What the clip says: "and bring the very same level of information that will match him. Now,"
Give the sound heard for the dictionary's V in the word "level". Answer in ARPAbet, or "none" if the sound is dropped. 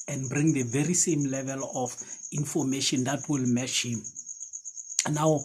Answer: V